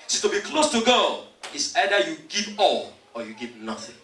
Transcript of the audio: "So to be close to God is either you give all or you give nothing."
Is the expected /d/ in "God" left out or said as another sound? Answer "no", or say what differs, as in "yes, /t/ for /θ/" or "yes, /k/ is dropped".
yes, /d/ is dropped